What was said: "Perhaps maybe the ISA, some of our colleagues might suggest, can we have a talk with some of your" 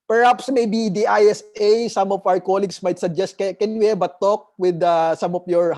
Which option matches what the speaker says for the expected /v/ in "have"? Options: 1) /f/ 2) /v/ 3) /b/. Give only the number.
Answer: 3